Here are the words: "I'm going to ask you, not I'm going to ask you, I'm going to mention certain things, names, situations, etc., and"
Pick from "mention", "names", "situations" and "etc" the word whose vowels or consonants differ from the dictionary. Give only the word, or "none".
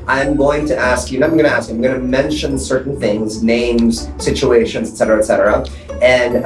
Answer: none